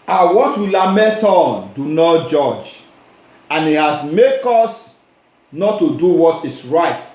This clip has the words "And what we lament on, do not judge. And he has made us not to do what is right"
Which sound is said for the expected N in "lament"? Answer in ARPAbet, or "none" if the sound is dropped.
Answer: none